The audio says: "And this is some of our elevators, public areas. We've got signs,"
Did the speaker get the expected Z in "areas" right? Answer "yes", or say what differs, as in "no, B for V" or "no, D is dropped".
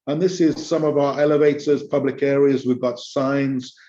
yes